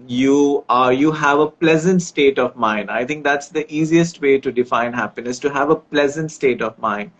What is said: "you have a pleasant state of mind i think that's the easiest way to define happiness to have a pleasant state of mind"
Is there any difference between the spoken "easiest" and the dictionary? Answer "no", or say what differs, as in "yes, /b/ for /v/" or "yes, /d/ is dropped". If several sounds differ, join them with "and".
no